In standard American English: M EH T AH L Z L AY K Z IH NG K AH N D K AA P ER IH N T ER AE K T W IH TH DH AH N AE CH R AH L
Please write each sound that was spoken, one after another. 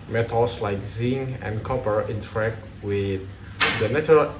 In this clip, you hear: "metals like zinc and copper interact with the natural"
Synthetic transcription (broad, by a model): M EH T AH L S L AY K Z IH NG AH N K AA P ER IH N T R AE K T W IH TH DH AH N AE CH R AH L